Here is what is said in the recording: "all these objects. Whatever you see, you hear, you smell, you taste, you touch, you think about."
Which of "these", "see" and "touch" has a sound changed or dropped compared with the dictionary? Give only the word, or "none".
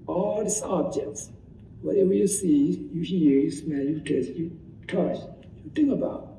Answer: these